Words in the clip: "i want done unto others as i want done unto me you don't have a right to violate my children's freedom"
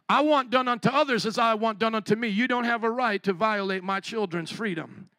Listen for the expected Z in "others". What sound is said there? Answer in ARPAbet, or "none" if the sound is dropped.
Z